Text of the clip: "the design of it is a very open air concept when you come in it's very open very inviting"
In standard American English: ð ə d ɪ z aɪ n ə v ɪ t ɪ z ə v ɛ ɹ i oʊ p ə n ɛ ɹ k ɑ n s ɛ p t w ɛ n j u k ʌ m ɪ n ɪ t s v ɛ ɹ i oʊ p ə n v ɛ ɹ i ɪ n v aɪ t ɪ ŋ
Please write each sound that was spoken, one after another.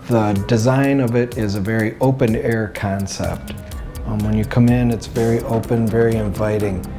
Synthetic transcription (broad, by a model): ð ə d ɪ z aɪ n ə v ɪ t ɪ z ə v ɛ ɹ i oʊ p ə n ɛ ɹ k ɑ n s ɛ p t w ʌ n j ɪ k ʌ m ɪ n ɪ t s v ɛ ɹ i oʊ p ə n v ɛ ɹ i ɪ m v aɪ t ɪ ŋ